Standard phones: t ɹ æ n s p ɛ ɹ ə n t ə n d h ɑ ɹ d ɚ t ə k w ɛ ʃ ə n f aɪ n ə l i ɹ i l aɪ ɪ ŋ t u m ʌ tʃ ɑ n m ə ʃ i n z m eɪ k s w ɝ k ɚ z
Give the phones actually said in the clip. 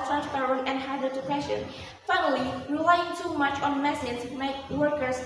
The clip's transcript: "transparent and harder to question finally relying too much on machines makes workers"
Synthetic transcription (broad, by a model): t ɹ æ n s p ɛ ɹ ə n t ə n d h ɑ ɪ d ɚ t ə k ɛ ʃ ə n f aɪ n ə l i ɹ i l aɪ ɪ ŋ t u m ʌ tʃ ɑ n m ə s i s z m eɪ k w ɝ k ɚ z